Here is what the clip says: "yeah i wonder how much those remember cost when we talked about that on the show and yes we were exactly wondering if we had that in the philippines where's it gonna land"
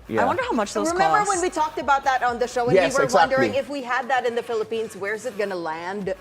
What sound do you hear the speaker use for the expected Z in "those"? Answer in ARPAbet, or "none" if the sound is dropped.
none